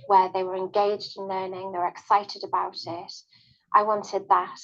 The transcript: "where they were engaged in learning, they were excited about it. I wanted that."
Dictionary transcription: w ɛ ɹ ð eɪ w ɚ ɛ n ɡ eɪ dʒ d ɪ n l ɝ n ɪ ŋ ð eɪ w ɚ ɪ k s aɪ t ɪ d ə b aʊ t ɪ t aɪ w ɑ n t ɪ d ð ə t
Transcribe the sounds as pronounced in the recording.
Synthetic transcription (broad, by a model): w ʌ ð eɪ w ɚ ɛ n ɡ eɪ dʒ d ɪ n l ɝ n ɪ ŋ ð eɪ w ɚ ɪ k s aɪ t ɪ d ə b aʊ t ɪ t aɪ w ɑ n t ɪ d ð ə t